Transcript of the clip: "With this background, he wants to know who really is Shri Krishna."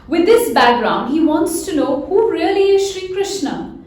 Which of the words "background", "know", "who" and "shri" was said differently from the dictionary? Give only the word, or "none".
none